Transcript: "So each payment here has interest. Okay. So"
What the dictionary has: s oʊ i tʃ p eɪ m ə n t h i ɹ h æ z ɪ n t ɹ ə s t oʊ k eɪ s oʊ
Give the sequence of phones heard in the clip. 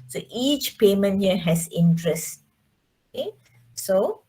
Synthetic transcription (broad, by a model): s oʊ i tʃ p eɪ m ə n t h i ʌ h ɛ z ɪ n t ɹ ə s t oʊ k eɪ s oʊ